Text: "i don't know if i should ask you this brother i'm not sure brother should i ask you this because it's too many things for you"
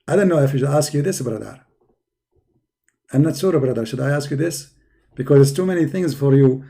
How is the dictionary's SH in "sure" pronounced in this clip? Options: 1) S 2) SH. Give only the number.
1